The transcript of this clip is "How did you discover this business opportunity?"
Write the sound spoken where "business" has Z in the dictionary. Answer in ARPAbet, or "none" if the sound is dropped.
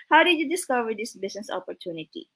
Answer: S